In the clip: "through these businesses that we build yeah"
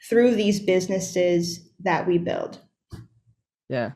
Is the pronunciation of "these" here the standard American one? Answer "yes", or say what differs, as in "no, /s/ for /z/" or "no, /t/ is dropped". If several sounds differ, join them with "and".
yes